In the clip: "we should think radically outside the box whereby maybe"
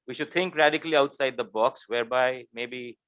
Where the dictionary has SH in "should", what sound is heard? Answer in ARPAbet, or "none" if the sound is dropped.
SH